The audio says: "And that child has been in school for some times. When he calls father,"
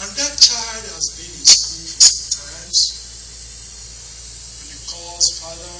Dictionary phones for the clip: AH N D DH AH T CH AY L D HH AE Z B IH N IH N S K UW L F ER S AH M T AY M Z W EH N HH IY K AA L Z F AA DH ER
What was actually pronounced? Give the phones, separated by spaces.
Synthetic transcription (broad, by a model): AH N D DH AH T CH AY L D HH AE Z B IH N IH S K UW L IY S AH M T AY M Z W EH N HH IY K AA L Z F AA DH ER